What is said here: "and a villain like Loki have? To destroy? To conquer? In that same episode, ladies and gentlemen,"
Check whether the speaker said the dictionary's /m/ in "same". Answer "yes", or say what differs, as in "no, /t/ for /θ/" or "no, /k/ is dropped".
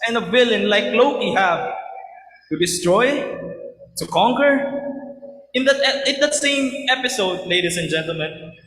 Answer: yes